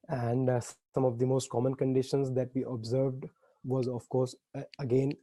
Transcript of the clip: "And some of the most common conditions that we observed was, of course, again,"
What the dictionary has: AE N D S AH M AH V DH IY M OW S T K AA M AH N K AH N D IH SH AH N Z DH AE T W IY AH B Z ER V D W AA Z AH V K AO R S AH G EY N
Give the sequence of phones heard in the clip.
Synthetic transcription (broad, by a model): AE N D S AH M AH V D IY M OW S T K AA M AH N K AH N D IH SH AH N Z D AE T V IY AH B Z ER V D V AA Z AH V K AO R S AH G EY N